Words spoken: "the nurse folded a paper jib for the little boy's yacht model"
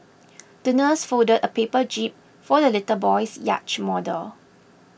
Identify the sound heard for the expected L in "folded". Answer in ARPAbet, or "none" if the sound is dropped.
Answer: none